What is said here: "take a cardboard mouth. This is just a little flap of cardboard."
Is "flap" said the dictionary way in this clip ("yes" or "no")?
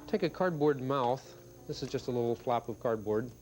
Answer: yes